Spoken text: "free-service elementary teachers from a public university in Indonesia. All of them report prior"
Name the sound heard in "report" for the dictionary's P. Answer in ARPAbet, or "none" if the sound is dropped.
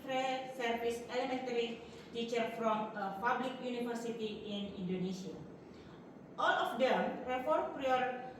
F